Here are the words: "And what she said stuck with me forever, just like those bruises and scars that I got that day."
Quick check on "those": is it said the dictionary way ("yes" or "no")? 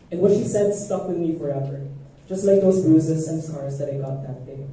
yes